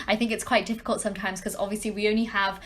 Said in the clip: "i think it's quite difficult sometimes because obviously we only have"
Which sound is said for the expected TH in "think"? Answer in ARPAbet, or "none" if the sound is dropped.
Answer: TH